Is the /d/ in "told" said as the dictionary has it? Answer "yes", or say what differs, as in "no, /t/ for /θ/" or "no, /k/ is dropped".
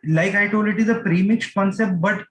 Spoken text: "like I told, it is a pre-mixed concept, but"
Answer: no, /d/ is dropped